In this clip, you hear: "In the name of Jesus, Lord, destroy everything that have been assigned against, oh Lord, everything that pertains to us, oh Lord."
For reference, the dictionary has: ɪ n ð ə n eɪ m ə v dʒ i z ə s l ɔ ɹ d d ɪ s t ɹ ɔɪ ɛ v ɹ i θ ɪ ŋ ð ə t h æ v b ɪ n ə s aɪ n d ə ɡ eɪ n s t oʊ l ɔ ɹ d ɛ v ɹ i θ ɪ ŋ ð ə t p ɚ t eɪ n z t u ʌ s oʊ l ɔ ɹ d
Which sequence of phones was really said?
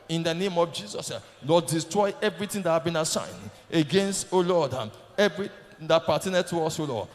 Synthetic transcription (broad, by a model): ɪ n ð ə n eɪ m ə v dʒ i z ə s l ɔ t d d ɪ s t ɹ ɔɪ ɛ v ɹ i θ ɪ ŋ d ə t h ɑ b ɪ n ə s aɪ n d ə ɡ eɪ n s t oʊ l ɔ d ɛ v ɹ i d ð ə t p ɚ t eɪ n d t u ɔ s oʊ l ɔ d